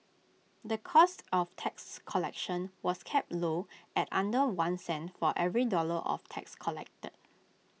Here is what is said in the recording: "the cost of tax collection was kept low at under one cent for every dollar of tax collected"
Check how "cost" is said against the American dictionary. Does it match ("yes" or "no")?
yes